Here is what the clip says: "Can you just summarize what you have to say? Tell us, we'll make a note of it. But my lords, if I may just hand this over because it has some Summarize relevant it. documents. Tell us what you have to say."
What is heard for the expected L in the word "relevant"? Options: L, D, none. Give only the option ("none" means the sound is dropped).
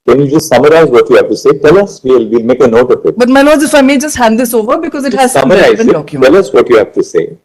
none